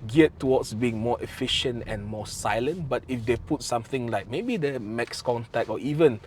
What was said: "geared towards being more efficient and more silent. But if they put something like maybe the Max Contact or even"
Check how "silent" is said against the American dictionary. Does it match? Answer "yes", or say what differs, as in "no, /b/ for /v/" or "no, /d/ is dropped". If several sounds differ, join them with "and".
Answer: yes